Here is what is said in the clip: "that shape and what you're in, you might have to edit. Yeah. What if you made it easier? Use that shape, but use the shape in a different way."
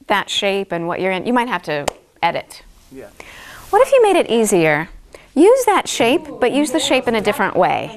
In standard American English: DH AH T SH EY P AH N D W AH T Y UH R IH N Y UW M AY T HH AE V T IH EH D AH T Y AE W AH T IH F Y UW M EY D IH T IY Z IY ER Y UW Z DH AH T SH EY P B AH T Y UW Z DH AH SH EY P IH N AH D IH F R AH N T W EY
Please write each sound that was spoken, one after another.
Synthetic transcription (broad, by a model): DH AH T SH EY P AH N W AH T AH R IH N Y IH M AY T HH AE F T IH EH D AH T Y W AH T IH F Y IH M EY D IH T IY Z IY ER Y UW Z DH AH T SH EY P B AH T Y UW Z DH AH SH EY P IH N AH D IH F R AH N T W EY